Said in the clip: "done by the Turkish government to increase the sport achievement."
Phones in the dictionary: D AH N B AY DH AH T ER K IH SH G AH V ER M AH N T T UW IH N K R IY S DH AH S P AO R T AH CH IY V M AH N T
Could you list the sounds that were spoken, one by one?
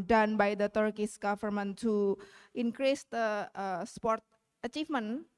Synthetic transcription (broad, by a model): D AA N B AY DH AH T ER K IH S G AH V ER M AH N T T UW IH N K R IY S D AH S P AO R T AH CH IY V M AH N